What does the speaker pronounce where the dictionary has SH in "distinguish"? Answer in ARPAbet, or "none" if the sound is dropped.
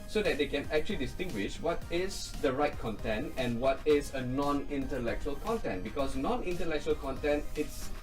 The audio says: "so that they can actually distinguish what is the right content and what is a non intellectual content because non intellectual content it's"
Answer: SH